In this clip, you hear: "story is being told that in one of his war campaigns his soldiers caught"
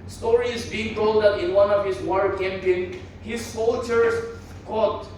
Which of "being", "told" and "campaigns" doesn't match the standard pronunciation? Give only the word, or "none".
campaigns